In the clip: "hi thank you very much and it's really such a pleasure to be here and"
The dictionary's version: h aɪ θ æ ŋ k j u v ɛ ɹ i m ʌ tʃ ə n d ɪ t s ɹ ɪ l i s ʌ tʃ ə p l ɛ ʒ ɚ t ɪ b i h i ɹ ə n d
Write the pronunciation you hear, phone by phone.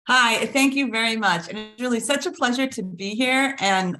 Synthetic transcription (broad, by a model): h aɪ θ æ ŋ k j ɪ v ɛ ɹ i m ʌ tʃ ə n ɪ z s ɹ ɪ l i s ʌ tʃ ə p l ɛ ʒ ɚ t ɪ b i h i ɹ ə n